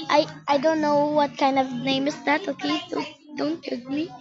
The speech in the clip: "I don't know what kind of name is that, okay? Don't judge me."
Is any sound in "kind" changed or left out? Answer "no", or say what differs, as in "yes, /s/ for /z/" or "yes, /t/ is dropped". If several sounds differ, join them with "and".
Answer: no